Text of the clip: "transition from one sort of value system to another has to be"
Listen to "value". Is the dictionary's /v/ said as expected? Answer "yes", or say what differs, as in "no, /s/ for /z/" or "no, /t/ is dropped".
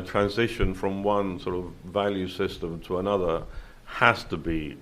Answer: yes